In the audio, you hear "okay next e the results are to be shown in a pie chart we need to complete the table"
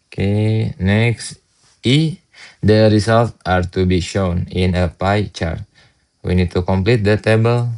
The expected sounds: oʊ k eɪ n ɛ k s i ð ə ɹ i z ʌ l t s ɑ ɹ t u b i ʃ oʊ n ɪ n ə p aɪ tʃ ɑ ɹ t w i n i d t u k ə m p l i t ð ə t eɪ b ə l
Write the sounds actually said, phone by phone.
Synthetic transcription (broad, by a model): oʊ k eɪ n ɛ k s i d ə ɹ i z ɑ l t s ɑ ɹ t u b i ʃ oʊ n ɪ n ə p aɪ tʃ ɑ ɹ t w i n i d t u k ə m p l i t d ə t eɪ b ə l